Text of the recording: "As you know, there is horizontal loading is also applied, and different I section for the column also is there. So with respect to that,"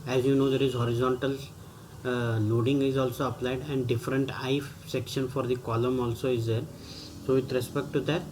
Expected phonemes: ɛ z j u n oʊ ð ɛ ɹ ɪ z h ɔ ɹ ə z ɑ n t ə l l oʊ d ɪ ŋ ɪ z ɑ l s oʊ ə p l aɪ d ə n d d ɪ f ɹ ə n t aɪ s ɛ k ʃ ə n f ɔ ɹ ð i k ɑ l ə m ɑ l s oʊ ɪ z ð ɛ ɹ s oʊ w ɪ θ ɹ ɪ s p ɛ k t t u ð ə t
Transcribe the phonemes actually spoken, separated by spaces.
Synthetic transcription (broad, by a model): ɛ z j u n oʊ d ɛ ɹ ɪ z h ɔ ɹ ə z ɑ n t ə l n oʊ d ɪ ŋ ɪ z ɑ l s oʊ ə p l aɪ d ə n d d ɪ f ɹ ə n t aɪ s ɛ k ʃ ə n f ɔ ɹ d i k ɑ l ə m ɑ l s oʊ ɪ z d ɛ ɹ s oʊ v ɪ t ɹ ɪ s p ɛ k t t u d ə t